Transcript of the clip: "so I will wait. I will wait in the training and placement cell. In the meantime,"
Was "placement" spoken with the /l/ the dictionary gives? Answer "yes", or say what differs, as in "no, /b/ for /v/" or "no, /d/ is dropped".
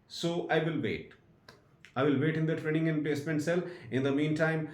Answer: no, /l/ is dropped